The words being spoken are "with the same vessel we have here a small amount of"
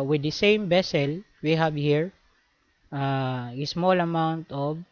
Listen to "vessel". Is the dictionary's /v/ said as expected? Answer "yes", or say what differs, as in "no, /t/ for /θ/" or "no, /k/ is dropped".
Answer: no, /b/ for /v/